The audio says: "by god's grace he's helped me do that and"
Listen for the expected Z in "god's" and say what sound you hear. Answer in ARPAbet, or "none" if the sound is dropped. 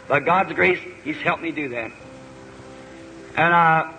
Z